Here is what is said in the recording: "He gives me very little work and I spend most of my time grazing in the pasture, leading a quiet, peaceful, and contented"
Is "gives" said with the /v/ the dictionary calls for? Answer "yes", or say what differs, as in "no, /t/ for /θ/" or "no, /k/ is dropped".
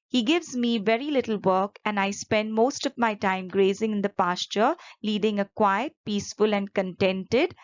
yes